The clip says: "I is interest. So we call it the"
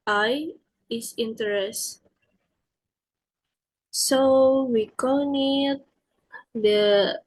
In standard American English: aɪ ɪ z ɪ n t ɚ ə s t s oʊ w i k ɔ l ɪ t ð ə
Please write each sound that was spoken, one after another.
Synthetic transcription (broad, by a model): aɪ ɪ s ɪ n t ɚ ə s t s oʊ w i k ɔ n ɪ t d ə